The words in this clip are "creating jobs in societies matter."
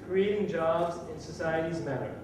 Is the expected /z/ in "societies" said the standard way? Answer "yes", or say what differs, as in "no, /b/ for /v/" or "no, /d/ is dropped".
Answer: yes